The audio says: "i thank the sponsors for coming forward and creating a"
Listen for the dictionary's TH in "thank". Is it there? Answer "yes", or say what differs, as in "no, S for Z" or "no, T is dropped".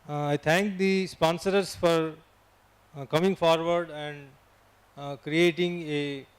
no, T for TH